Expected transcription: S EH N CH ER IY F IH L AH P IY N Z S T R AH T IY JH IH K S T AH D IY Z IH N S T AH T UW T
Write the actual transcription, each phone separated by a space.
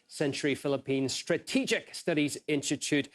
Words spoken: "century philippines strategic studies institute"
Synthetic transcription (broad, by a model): S EH N CH ER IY F IH L AH P IY N Z S T R AH T IY JH IH K S T AH D IY Z IH N S T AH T UW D